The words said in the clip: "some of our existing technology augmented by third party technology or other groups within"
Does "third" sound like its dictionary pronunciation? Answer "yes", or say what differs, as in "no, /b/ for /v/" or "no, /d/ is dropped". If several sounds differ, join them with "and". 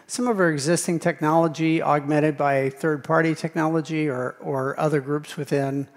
yes